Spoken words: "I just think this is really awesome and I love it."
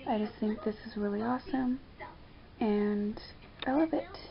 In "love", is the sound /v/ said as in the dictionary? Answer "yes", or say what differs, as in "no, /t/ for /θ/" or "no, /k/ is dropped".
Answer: yes